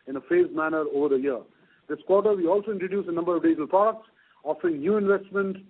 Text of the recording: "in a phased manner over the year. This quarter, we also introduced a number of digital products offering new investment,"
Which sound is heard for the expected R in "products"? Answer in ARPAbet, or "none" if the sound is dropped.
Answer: none